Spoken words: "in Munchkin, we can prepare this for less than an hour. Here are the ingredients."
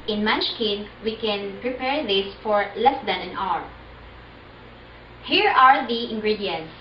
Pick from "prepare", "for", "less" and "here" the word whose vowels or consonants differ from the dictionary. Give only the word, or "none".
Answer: none